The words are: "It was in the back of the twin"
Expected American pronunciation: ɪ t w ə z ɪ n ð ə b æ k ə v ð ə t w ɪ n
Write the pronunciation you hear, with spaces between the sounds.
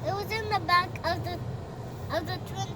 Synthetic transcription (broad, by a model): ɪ t w ə z ɪ n ð ə b æ k ə v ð ə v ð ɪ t